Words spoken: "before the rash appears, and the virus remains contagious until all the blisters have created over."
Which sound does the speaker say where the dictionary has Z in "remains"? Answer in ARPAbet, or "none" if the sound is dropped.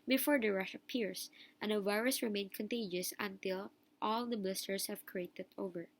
none